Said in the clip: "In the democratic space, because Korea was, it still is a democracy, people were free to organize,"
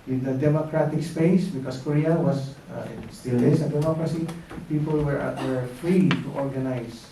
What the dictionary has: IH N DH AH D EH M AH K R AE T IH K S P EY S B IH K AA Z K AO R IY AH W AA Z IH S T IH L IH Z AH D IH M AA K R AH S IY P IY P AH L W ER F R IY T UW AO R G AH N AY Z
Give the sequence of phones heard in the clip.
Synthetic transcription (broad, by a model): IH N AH D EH M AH K R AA T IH K S P EY S B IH K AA S K AO R IY AH W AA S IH S T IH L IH S AH D IH M AA K R AH S IY P IY P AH L W ER F R IY T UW AO R G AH N AY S